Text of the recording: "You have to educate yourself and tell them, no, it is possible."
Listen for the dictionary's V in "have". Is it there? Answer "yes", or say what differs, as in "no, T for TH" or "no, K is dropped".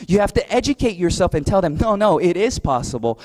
no, F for V